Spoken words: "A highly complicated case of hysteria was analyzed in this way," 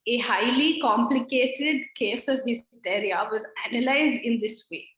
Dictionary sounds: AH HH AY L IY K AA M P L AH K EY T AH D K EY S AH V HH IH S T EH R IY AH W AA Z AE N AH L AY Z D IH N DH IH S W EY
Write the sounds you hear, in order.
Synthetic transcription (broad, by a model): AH HH AY L IY K AA M P L AH K EY T AH D K EY S AH V HH IH S T EH R IY AH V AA Z AE N AH L AY Z D IH N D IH S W EY